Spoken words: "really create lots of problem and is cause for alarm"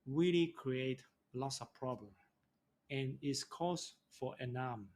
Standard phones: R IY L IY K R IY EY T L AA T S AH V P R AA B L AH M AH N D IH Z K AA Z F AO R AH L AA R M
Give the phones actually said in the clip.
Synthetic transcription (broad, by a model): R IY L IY K R IY EY T L AA T S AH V P R AA B L AH M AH N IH S K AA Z F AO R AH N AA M